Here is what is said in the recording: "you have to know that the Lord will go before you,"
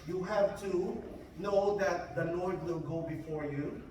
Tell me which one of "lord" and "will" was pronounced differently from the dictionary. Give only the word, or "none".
lord